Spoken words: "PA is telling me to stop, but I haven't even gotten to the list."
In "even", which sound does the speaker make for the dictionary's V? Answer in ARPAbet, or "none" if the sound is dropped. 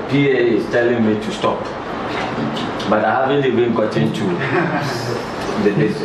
B